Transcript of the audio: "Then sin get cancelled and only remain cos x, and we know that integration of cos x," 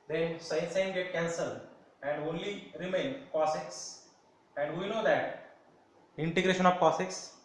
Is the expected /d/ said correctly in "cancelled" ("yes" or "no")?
no